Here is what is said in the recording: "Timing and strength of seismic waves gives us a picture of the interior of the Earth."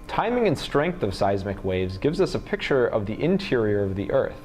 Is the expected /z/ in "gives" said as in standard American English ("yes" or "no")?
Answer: yes